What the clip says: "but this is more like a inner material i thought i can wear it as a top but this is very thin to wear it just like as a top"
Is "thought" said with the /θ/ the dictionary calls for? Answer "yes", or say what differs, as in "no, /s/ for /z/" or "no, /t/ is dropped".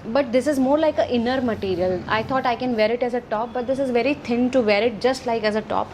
no, /t/ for /θ/